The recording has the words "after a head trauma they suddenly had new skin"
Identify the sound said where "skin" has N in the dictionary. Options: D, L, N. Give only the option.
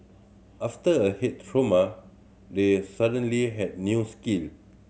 L